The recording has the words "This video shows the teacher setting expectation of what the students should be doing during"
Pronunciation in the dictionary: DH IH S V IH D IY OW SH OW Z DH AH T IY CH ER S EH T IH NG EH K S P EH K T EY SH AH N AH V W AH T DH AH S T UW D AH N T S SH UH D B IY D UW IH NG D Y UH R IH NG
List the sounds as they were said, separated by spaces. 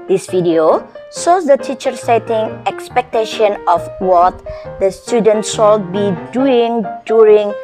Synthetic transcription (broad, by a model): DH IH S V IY D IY OW S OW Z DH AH T IY CH ER S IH T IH NG EH K S P EH K T EY SH AH N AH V W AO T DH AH S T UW D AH N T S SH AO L B IY D UW IH NG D Y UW R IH NG